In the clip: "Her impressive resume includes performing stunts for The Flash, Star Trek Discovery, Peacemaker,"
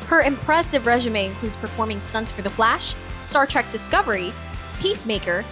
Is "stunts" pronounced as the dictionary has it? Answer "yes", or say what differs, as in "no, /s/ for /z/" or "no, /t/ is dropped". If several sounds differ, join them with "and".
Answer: yes